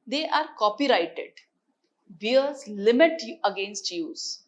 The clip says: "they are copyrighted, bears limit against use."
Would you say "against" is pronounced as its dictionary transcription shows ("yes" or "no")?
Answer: yes